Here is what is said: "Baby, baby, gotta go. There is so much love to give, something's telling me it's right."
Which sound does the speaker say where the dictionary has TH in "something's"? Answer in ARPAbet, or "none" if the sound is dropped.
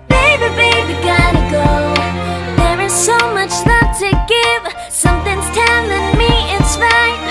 TH